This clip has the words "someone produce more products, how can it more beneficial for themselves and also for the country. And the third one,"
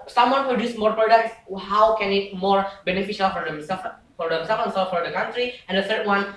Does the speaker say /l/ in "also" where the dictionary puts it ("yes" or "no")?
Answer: no